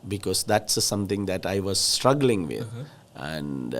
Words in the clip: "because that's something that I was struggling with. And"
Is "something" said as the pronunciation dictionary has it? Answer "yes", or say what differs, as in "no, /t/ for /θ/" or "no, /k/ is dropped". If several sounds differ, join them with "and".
no, /t/ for /θ/